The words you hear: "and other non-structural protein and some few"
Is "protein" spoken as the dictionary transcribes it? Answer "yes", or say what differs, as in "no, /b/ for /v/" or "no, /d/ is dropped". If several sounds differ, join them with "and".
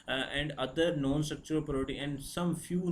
no, /n/ is dropped